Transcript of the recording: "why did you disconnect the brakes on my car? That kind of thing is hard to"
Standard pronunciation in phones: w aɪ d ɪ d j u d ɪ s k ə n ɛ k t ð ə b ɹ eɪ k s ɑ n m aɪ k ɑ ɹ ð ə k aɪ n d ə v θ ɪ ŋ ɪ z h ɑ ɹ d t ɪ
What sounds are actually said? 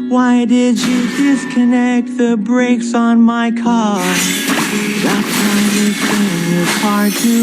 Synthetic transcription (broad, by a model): w aɪ d ɪ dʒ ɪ d ɪ s k ə n ɛ k t ð ə b ɹ eɪ k s n m aɪ k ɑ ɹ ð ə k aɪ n ə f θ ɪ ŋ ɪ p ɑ ɹ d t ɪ